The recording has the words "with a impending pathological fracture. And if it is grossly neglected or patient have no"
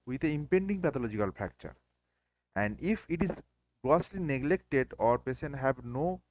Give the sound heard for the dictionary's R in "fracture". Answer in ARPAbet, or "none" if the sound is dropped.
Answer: none